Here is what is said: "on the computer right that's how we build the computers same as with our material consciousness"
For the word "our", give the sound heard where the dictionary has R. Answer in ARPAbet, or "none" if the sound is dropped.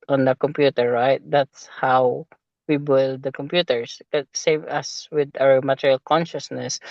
W